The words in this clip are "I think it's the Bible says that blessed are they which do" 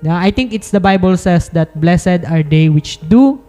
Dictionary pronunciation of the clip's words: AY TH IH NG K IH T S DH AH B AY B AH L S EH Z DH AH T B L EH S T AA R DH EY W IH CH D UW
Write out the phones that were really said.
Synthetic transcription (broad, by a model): AY T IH NG K IH T S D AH B AY B AH L S EH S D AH T B L EH S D AA R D EY W IH CH D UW